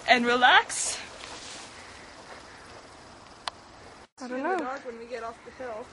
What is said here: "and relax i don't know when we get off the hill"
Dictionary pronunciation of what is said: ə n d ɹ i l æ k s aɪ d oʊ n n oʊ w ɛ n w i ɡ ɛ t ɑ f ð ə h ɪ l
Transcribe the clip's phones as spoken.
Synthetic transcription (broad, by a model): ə n ɹ i l æ k s aɪ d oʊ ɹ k w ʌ n w i ɡ ɛ t ɑ f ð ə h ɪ l